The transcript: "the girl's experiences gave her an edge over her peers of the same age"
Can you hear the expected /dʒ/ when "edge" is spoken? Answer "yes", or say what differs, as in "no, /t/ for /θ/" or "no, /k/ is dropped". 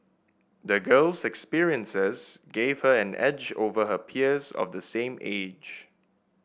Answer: yes